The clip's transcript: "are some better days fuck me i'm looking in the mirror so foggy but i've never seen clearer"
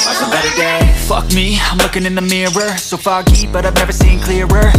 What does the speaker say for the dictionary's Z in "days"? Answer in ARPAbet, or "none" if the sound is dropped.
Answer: none